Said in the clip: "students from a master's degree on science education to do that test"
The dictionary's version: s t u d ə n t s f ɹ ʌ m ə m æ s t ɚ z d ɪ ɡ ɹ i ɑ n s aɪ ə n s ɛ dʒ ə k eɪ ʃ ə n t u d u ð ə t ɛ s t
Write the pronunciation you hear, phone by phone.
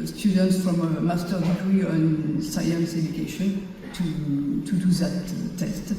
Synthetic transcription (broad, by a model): s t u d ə n t s f ɹ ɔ m ə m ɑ s t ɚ d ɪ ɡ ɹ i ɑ n s aɪ ə n s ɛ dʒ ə k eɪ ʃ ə n t u d u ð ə t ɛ s t